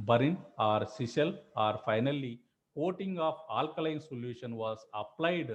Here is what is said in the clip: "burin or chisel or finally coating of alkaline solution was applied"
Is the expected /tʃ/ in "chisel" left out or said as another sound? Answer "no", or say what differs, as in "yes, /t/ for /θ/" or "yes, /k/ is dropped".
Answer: yes, /s/ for /tʃ/